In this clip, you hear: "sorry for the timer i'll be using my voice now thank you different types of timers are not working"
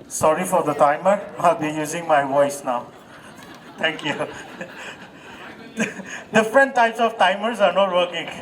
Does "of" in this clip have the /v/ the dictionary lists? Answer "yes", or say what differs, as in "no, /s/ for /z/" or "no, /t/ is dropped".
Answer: no, /f/ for /v/